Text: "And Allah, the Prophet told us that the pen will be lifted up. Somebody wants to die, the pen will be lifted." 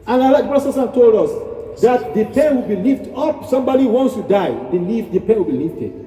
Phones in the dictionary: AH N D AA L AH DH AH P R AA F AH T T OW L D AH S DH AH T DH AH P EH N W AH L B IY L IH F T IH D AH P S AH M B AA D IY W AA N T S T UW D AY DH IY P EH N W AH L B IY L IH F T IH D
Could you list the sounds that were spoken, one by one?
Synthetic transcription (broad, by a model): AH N AA L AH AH B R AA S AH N T OW L D AH S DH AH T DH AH P EH N W AH L B IY L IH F T AH P S AH M B AA D IY W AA N S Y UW D AY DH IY P EH N W AH L B IY L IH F T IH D